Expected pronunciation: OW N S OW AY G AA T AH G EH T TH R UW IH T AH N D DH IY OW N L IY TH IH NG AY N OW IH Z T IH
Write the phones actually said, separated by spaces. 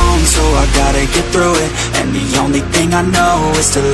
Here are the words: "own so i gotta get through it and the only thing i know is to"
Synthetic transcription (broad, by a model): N S OW AY G AA T AH G EH T TH R UW IH T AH N DH IY OW N L IY TH IH NG AY N OW IH Z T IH